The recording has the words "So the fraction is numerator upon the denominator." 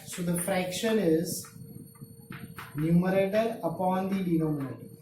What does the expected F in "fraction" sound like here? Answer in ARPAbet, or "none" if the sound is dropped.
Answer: F